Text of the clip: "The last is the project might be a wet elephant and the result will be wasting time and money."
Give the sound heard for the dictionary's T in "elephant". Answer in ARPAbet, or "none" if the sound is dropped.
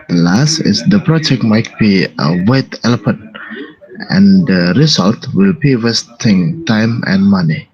none